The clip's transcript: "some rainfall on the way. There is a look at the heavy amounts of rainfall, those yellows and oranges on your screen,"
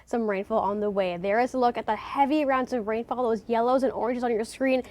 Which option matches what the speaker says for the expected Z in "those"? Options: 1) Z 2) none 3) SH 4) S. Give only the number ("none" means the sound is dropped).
1